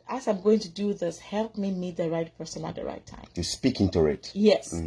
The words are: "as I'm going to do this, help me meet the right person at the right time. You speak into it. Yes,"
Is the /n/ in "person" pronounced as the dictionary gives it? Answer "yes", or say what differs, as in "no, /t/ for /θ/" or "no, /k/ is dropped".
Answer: yes